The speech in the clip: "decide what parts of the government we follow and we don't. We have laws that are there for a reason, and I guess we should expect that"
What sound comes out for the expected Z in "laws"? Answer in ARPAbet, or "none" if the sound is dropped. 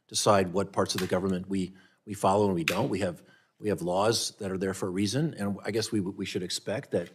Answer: Z